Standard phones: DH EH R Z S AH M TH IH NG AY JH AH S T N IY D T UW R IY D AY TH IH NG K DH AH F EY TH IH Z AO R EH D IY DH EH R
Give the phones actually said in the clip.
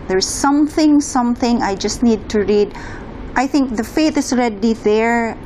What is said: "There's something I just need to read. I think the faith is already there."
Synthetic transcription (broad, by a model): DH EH R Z S AH M TH IH NG AY JH AH S T N IY D T UW R IY D AY TH IH NG K DH AH F EY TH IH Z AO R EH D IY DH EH R